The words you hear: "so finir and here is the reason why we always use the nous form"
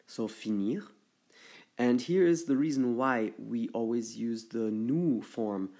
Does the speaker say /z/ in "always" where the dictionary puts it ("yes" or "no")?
yes